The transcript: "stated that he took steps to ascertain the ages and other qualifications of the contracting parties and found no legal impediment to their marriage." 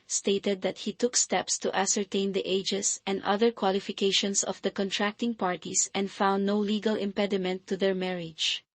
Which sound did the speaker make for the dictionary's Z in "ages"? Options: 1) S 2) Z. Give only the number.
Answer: 1